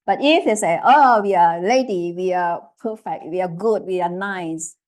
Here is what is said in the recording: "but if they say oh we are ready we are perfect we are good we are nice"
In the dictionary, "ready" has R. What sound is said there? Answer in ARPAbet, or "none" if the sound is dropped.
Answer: L